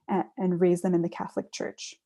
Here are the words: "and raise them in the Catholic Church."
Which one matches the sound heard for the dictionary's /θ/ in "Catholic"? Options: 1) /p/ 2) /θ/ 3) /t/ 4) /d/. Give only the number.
2